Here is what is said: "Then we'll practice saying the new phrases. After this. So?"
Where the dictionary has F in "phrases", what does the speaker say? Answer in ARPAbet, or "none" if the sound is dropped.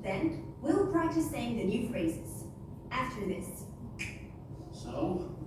F